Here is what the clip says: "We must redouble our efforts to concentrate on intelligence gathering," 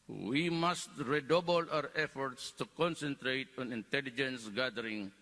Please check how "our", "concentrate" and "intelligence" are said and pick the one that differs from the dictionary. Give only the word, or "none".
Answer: none